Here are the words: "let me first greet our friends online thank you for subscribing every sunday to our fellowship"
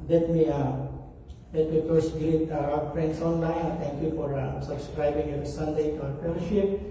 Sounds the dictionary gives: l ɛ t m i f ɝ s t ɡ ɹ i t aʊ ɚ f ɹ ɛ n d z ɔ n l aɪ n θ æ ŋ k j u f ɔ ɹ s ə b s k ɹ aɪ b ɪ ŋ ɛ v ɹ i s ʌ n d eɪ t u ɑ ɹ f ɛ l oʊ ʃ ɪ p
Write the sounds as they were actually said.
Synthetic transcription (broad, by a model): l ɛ t m i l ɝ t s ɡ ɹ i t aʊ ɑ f ɹ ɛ n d s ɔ n l aɪ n t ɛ ŋ k j u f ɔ ɹ s ə b s k ɹ aɪ b ɪ ŋ ɛ v ɹ i s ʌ n d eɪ t u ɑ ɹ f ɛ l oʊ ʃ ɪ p